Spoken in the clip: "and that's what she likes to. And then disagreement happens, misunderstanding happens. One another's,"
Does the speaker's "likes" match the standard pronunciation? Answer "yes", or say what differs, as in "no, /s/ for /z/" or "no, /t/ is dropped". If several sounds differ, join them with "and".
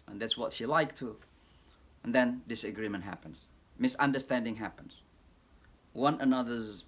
no, /s/ is dropped